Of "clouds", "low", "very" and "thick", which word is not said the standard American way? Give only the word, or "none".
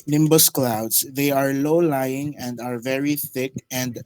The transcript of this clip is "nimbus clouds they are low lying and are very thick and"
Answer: clouds